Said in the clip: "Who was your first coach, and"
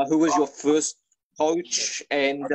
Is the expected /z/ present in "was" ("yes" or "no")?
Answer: yes